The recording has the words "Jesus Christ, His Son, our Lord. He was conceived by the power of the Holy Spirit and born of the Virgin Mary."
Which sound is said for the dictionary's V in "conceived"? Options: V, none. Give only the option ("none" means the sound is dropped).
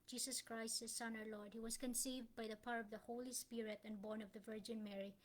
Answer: V